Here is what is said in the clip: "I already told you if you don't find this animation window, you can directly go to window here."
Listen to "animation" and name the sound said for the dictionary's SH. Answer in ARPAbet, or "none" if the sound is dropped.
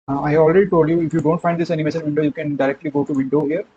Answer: S